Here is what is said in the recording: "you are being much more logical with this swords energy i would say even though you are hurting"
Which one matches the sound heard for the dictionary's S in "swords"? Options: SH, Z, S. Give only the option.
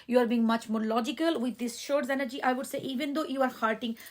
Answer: SH